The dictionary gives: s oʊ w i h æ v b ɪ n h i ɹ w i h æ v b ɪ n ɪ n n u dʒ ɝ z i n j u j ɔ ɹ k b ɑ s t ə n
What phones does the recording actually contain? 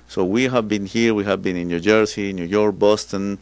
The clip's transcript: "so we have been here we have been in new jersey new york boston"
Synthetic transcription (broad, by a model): s oʊ w i h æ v b ɪ n h i ɹ w i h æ v b ɪ n ɪ n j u dʒ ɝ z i n j u j ɔ ɹ k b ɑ s t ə n